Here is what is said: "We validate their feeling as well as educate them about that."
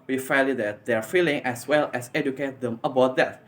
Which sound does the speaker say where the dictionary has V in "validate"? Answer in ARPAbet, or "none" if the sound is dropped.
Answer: F